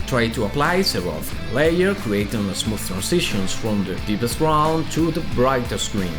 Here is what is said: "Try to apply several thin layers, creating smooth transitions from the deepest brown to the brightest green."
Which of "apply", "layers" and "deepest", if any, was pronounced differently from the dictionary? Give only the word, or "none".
layers